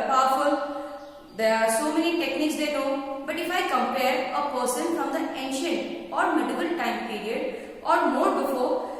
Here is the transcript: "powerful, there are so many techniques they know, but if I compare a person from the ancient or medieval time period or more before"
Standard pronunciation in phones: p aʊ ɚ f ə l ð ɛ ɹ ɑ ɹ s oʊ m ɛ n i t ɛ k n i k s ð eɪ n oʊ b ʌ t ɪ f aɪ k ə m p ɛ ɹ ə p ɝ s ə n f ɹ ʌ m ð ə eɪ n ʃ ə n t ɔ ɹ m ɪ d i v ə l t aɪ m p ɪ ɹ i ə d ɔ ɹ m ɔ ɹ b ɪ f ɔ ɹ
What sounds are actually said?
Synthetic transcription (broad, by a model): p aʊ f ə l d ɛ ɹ ɑ ɹ s oʊ m ɛ n i t ɛ k n i k s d eɪ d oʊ b ʌ t ɪ f aɪ k ə m p ɛ ɹ ə p ɝ s ə n f ɹ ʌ m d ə eɪ n ʃ ə n t ɔ ɹ m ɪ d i b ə l t aɪ m p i ɹ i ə d ɔ ɹ m ɔ ɹ b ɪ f ɔ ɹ